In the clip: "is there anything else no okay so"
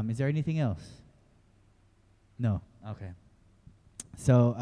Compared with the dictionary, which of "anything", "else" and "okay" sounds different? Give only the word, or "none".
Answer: none